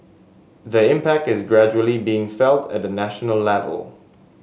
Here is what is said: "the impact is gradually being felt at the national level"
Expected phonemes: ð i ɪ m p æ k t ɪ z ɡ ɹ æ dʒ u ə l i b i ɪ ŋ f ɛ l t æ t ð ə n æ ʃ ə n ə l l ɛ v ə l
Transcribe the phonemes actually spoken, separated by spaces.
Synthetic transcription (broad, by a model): ð i ɪ m p æ k t ɪ z ɡ ɹ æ dʒ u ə l i b i ɪ ŋ f ɛ l t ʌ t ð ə n æ ʃ ə n ə l l ɛ v ə l